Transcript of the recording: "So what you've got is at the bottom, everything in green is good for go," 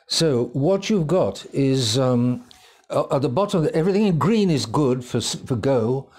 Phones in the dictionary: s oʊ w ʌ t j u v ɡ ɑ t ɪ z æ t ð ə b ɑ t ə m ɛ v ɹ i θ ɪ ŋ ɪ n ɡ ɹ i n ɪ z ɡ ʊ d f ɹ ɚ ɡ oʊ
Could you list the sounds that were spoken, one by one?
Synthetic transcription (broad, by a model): s oʊ w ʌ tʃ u v ɡ ɑ t ɪ z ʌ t ð ə b ɑ t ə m ɛ v ɹ i θ ɪ ŋ ɪ n ɡ ɹ i n ɪ z ɡ ʊ d f ɹ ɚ ɡ oʊ